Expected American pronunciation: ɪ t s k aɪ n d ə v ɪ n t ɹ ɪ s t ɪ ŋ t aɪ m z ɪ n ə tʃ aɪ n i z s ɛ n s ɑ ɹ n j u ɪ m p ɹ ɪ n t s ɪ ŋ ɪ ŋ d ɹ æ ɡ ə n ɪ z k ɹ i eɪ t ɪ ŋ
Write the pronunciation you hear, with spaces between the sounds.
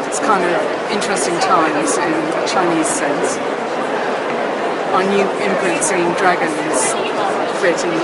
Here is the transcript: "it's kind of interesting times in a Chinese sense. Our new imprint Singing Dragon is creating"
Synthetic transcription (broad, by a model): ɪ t s k aɪ n d ə v ɪ n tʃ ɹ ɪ s t ɪ ŋ t aɪ m z ɪ n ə tʃ aɪ n i z s ɛ n s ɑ n j u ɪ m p l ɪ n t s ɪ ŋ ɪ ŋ d ɹ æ ɡ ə n ɪ z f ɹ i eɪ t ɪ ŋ